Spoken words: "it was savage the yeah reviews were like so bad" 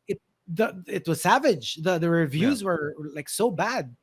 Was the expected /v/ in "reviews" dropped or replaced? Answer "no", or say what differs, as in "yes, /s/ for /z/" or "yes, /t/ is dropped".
no